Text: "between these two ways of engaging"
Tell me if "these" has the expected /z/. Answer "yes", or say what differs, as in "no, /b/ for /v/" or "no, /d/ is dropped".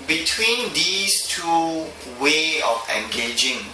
no, /s/ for /z/